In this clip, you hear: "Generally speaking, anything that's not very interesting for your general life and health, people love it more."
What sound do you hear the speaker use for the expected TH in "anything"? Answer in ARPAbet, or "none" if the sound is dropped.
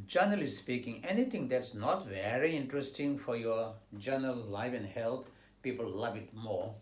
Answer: T